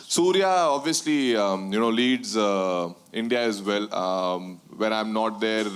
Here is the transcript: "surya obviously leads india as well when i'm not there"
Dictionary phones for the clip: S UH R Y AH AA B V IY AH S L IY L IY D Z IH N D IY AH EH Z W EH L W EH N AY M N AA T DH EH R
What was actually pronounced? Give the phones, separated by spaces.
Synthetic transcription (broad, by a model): S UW R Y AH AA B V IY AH S L IY L IY D Z IH N D IY AH EH Z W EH L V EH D AY M N AA T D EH R